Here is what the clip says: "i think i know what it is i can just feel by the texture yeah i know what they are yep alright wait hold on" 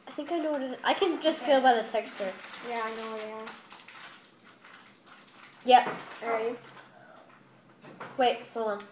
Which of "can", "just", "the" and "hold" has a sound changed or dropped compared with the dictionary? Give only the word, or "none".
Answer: hold